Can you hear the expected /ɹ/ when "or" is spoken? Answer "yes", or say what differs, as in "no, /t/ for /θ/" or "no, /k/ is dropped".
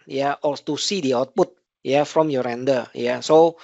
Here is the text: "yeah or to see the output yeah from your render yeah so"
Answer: no, /l/ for /ɹ/